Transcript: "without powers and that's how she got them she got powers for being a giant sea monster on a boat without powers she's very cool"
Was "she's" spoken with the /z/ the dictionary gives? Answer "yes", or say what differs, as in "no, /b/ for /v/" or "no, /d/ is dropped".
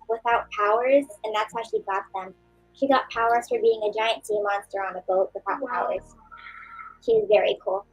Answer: yes